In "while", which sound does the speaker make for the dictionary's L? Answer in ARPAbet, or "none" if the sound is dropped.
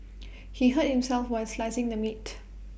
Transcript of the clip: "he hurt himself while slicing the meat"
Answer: N